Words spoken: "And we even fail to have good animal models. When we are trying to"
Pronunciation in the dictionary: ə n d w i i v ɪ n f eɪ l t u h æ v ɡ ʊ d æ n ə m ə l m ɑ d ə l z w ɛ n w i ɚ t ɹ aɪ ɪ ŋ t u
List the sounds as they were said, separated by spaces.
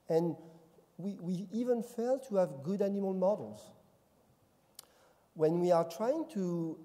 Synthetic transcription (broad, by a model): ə n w w i i v ɪ n f eɪ l t u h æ v ɡ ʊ d æ n ə m ə l m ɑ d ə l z w ɛ n w i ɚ t ɹ aɪ ɪ ŋ t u